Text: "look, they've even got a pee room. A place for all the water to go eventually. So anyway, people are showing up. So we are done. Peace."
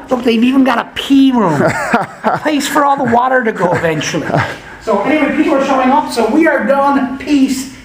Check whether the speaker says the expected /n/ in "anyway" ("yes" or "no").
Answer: no